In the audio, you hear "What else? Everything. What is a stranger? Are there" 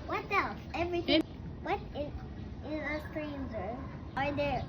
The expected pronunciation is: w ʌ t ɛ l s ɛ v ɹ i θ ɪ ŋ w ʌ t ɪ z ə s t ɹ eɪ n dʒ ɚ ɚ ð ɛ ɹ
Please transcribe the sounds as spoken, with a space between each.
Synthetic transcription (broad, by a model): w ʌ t ɛ l s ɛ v ɹ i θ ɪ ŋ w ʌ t ɪ z ə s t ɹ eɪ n z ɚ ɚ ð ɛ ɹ